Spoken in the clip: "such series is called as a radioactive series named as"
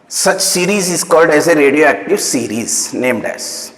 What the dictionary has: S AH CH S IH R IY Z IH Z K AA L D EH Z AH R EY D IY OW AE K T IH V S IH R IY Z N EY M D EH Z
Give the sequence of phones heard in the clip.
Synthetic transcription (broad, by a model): S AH CH S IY R IY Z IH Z K AA L D EH Z AH R EY D IY OW AE K T IH V S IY R IY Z N EY M D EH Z